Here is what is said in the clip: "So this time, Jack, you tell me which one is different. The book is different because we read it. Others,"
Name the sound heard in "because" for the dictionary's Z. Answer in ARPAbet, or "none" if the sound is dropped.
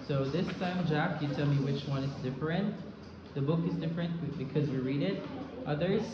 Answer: Z